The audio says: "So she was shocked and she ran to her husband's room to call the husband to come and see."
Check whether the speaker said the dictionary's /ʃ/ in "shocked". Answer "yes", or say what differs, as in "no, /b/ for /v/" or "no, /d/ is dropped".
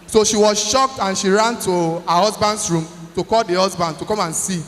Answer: yes